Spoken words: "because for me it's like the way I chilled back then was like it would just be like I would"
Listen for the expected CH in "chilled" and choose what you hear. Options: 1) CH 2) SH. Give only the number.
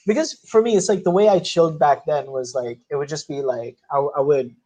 1